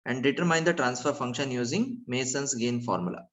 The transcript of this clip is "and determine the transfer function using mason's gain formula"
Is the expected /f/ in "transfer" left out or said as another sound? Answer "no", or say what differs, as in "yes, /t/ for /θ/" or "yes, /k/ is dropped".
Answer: no